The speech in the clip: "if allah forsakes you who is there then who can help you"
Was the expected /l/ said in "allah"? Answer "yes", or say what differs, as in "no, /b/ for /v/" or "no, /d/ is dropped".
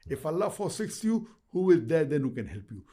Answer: yes